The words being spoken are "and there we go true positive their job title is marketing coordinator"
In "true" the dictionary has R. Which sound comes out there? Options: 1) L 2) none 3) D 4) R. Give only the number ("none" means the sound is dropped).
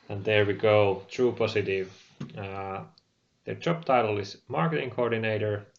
4